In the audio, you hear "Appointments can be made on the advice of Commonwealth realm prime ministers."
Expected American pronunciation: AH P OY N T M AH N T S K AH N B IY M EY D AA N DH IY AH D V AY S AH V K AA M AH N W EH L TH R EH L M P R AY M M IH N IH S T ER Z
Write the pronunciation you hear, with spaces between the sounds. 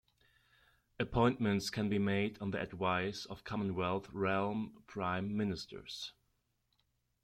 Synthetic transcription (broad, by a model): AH P OY N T M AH N T S K AH N B IY M EY D N DH IY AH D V AY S AH V K AA M AH N W EH L TH R EH L M P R AY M M IH N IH S T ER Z